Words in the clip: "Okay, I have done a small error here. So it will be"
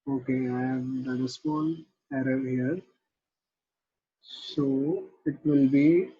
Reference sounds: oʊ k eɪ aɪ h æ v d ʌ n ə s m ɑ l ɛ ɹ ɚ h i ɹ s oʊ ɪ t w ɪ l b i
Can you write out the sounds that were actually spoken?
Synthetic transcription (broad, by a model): oʊ k eɪ aɪ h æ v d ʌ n ə s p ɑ n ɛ ɹ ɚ h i ɹ s oʊ ɪ t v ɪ l b i